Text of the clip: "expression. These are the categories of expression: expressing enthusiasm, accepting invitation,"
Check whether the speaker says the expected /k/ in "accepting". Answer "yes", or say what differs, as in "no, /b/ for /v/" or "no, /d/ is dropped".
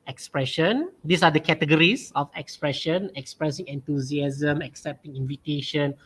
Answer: yes